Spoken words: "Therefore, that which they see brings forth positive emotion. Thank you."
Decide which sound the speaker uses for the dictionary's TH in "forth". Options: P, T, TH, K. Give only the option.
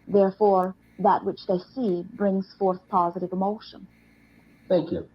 TH